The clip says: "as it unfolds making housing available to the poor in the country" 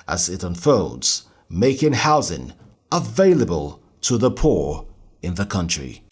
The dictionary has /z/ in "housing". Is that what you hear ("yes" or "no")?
yes